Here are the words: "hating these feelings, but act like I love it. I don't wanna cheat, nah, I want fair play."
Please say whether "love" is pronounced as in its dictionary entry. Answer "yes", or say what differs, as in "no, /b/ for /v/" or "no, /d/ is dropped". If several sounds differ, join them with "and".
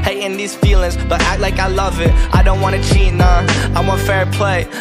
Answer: yes